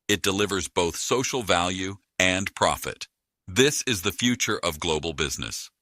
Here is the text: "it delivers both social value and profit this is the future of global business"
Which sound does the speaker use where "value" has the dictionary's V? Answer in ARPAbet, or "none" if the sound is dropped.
V